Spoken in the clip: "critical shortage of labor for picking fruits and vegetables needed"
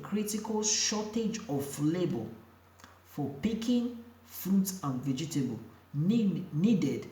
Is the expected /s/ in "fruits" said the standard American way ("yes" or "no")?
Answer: no